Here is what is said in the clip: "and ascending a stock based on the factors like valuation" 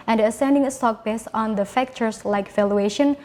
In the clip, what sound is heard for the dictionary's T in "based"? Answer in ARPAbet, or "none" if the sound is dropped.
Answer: none